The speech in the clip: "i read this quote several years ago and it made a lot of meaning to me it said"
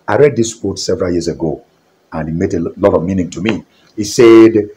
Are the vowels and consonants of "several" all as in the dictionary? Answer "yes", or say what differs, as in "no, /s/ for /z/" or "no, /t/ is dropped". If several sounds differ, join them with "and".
yes